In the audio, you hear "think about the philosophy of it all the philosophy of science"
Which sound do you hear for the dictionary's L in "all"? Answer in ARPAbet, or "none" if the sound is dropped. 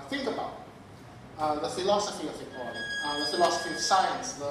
N